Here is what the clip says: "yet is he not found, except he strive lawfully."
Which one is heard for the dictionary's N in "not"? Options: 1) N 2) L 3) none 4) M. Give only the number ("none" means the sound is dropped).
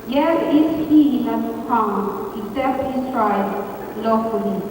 2